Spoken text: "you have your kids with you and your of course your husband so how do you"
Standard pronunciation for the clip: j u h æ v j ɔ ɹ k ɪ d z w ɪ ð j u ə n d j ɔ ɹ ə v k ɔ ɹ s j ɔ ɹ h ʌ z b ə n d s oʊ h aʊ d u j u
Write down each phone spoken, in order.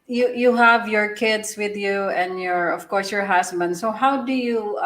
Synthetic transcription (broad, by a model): j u h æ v j ɔ ɹ k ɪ d s w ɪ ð j u ə n d j ɔ ɹ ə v k ɔ ɹ s j ɔ ɹ h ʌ s b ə n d s oʊ h aʊ d u j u